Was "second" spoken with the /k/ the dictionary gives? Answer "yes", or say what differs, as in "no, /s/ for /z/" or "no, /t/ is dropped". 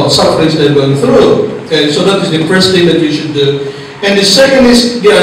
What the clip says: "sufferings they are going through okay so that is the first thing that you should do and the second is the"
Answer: no, /k/ is dropped